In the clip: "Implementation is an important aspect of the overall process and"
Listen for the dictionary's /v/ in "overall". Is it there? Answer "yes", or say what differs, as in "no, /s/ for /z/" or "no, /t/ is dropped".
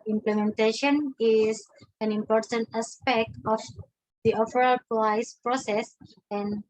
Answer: no, /f/ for /v/